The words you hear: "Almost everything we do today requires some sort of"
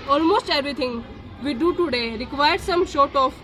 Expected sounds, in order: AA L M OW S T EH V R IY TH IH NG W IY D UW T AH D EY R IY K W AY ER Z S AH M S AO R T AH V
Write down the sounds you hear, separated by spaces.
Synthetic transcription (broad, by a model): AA L M OW S T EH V R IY T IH NG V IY D UW T AH D EY R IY K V AY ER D S AH M SH AO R T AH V